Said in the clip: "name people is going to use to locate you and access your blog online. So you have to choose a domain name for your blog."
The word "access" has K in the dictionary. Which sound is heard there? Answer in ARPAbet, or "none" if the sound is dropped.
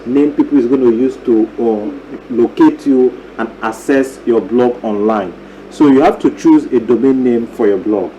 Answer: none